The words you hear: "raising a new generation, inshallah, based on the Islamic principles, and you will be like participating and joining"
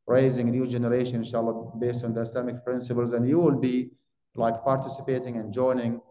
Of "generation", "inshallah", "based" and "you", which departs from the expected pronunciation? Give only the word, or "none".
none